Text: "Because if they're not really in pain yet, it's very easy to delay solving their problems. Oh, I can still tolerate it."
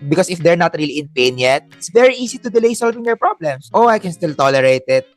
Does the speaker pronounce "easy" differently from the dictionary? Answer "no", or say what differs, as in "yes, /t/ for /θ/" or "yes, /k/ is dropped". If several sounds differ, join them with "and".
yes, /s/ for /z/